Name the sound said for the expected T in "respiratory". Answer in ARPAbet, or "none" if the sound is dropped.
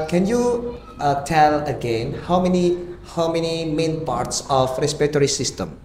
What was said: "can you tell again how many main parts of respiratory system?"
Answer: T